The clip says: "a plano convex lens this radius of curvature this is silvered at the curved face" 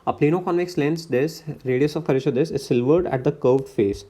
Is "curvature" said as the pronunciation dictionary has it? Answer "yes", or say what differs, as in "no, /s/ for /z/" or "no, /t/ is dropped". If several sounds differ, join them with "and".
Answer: no, /v/ is dropped